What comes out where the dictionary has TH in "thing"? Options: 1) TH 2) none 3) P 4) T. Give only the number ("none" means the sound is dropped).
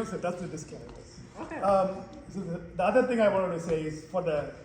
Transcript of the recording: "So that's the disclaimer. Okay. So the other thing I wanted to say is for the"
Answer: 1